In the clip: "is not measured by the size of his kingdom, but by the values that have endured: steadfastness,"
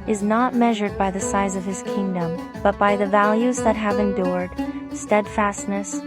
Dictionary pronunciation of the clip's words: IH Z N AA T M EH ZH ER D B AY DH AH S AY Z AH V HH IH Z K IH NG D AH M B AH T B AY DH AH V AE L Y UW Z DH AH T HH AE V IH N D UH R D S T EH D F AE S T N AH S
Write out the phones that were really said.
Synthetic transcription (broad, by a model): IH Z N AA T M EH ZH ER D B AY DH AH S AY Z AH V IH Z K IH NG D AH M B AH T B AY DH AH V AE L Y UW Z DH AH T HH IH V IH N D UH R D S T EH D F AE S T N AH S